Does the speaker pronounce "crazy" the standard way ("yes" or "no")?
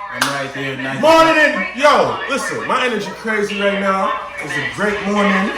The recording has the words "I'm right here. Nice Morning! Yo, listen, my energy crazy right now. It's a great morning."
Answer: yes